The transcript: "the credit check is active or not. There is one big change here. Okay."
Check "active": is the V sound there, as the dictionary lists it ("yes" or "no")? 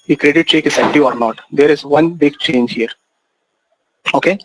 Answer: no